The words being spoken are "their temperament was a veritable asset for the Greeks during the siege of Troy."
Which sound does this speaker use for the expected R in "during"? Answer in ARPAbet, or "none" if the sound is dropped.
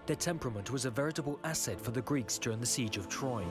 R